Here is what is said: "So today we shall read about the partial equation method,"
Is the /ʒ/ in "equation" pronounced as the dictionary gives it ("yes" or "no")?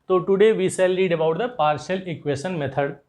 no